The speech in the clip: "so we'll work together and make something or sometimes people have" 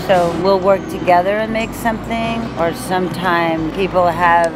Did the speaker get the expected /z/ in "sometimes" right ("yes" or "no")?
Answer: no